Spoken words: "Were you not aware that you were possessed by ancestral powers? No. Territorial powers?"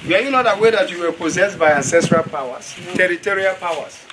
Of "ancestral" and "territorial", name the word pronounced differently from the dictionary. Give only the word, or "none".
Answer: none